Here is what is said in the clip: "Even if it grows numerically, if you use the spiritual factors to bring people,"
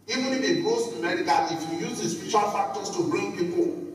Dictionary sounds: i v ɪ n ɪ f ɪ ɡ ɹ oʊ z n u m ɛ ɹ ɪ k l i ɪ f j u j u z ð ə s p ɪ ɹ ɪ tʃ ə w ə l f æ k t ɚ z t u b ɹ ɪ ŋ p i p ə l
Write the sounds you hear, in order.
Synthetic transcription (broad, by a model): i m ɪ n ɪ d ɪ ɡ oʊ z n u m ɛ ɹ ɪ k i ɪ f j u j u z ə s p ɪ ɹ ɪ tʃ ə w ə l f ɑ k t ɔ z t u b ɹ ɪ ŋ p i p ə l